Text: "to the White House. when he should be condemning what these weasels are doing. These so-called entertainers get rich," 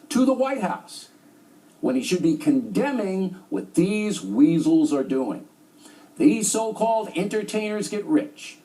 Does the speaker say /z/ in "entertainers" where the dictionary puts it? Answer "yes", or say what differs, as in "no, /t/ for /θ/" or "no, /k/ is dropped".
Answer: yes